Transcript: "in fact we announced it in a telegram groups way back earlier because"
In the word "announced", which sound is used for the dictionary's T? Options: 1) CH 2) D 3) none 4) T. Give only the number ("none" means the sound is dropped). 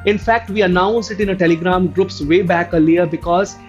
3